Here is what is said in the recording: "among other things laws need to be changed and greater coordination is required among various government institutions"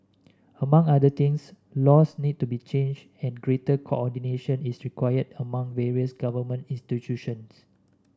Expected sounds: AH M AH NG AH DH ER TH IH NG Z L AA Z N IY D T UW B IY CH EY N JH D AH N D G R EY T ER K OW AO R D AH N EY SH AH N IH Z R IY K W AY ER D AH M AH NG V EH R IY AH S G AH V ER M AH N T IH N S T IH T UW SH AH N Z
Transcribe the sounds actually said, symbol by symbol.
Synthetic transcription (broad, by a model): AH M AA NG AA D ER T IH NG S L AA S N IY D T UW B IY CH EY N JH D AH N G R EY T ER K OW AO D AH N EY SH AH N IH S R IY K W AY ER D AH M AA NG V EH R IY AH S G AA V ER M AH N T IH N S T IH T UW SH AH N S